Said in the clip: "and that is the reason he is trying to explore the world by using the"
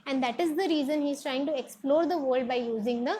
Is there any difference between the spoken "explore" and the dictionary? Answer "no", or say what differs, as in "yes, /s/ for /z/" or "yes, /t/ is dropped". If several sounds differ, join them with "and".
no